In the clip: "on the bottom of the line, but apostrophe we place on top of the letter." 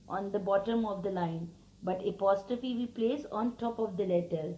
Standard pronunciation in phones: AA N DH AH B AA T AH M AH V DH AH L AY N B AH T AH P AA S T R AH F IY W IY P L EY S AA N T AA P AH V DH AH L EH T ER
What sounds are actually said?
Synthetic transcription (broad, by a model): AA N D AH B AA T AH M AH V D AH L AY N B AH T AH P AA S T AH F IY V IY P L EY S AA N T AA P AH V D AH L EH T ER